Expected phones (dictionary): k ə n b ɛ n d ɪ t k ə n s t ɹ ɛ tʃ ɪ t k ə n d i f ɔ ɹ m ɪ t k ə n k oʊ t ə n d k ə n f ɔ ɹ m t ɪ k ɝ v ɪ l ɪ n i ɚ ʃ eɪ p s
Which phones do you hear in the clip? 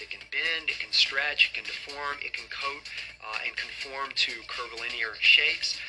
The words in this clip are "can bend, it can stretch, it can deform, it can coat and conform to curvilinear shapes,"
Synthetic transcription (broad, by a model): k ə n b ɛ n d ɪ t k ə n s t ɹ ɛ tʃ ɪ t k ə n d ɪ f ɔ ɹ m ɪ t k ə n k oʊ t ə n k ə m f ɔ ɹ m t ɪ k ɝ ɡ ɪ l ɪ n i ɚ ʃ eɪ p s